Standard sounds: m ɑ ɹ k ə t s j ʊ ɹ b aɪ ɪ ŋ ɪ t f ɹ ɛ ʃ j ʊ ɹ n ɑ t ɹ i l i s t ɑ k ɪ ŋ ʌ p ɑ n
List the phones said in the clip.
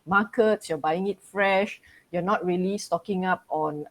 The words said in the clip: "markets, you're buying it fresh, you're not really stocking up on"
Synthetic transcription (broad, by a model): m ɑ k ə t s j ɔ b aɪ ɪ ŋ ɪ t f ɹ ɛ ʃ j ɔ n ɑ t ɹ i l i s t ɑ k ɪ ŋ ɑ p ɑ n